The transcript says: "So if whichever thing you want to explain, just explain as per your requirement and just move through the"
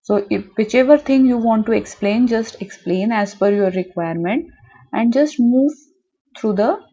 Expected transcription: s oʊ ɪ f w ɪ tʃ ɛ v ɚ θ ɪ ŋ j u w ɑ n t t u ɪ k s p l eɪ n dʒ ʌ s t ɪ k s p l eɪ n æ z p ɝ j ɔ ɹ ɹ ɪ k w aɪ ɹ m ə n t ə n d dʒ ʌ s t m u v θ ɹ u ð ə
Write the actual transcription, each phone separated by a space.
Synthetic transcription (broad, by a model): s oʊ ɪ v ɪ tʃ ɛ v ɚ t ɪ ŋ j u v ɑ n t t u ɪ k s p l eɪ n dʒ ʌ s t ɪ k s p l eɪ n æ z f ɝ j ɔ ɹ ɹ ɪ k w aɪ ɹ m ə n t ə n d dʒ ʌ s t m u v t ɹ u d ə